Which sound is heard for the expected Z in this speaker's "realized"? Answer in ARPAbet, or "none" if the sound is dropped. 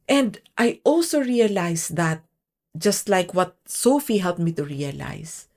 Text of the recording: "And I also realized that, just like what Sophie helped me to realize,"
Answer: S